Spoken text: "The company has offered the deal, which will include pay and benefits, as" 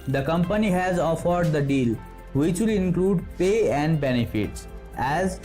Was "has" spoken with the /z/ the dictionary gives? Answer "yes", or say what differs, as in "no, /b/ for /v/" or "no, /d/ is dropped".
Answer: yes